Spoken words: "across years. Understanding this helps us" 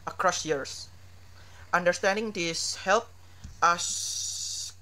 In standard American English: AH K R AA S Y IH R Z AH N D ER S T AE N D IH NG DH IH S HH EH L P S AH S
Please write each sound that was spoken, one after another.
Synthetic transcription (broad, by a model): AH K R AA S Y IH R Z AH N D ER S T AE N D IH NG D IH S HH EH L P AH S